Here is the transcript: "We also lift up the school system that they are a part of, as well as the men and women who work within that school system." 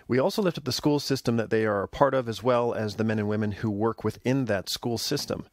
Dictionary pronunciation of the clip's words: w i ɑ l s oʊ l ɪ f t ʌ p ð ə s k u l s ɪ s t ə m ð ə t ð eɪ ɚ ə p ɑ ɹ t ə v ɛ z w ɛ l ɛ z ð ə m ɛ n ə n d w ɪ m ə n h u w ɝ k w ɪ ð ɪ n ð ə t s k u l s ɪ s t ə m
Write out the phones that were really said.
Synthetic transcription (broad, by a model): w i ɑ l s oʊ l ɪ f t ʌ p ð ə s k u l s ɪ s t ə m ð ə t ð eɪ ɚ ə p ɑ ɹ t ə v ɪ z w ɛ l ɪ z ð ə m ɛ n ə n w ɪ m ə n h u w ɝ k w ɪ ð ɪ n ð ə t s k u l s ɪ s t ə m